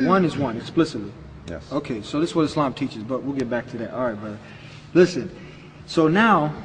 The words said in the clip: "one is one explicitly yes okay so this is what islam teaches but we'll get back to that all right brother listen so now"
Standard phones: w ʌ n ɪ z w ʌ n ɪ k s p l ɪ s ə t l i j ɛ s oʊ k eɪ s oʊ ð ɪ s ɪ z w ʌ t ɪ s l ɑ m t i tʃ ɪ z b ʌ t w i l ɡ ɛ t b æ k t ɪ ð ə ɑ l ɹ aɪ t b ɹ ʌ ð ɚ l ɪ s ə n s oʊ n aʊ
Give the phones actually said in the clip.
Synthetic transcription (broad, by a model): w ʌ n ɪ z w ʌ n ɪ k s p l ɪ s ə t l i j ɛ oʊ k eɪ s oʊ ð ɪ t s w ʌ t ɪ s l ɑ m t i tʃ ɪ z b ʌ t w i l ɡ ɛ t b æ k t ɪ ð ə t ɹ aɪ t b ʌ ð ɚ l ɪ s ə n s oʊ n aʊ